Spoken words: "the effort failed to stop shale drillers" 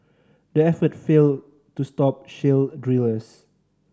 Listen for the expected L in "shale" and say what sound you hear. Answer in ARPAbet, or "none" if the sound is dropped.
L